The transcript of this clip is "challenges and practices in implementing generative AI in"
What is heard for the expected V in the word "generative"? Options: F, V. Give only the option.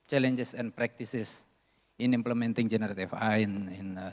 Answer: F